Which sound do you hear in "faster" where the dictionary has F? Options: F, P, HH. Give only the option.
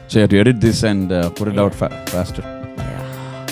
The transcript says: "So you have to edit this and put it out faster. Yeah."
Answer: F